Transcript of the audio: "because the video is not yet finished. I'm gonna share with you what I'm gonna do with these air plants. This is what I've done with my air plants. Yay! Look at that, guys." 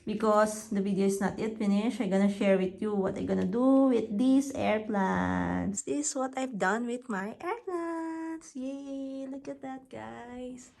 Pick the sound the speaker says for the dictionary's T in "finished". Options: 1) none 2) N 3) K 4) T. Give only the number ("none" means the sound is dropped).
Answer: 1